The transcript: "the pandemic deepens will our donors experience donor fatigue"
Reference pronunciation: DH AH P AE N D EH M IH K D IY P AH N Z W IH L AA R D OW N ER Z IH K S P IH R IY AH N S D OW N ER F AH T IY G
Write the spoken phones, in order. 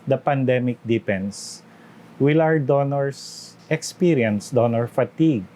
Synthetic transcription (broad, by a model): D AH P AE N D EH M IH K D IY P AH N S W IH L AA R D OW N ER S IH K S P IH R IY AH N S D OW N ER F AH T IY G